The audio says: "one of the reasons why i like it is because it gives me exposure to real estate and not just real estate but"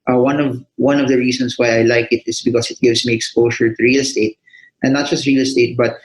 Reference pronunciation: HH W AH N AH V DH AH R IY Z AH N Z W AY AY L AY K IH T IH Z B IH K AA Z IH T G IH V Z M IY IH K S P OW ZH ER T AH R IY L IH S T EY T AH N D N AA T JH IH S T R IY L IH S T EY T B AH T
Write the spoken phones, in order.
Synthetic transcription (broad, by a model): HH W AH N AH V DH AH R IY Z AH N S W AY AY L AY K IH T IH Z B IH K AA S IH T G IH V S M IY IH K S P OW SH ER T AH R IY L S T EY T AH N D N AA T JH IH S T R IY L S T EY T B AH T